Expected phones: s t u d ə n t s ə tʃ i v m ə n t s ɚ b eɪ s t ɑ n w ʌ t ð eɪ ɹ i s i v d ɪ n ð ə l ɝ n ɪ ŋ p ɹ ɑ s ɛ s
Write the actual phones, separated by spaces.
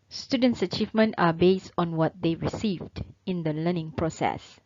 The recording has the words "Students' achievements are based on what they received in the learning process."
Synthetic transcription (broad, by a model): s t u d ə n t s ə tʃ i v m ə n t ɑ b eɪ s t ɑ n w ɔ t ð eɪ ɹ i s i v d ɪ n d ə l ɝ n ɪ ŋ p ɹ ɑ s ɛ s